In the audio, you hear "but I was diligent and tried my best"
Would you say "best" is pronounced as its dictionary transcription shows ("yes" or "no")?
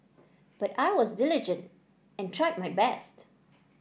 yes